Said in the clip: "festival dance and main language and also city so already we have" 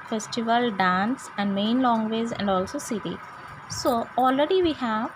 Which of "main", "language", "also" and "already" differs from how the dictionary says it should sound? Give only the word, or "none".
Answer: language